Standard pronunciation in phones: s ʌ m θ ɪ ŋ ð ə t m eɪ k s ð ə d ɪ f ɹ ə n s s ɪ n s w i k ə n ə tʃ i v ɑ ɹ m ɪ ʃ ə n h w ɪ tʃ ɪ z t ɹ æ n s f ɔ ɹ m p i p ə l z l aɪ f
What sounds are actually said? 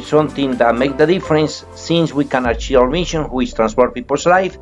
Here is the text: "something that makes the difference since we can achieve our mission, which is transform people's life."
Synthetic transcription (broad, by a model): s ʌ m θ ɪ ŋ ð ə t m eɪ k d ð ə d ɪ f ɹ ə n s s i n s w i k ə n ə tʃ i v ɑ w m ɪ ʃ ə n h w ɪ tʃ t ɹ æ n s p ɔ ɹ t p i p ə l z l aɪ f